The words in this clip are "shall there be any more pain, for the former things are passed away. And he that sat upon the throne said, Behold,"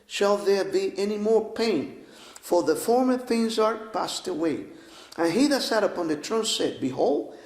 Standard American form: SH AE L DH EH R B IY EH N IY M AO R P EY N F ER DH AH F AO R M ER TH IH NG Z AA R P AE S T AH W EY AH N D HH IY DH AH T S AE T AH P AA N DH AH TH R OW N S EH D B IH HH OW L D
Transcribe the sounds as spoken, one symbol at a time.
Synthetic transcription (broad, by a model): SH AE L DH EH R B IY EH N IY M AO R P EY N F ER DH AH F AO R M ER TH IH NG Z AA R P AE S T AH W EY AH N HH IY DH AH T S AE T AH P AA N DH AH T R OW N S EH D B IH HH OW L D